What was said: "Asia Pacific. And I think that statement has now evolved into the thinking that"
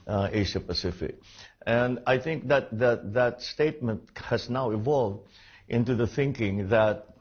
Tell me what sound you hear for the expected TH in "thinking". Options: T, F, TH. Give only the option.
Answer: TH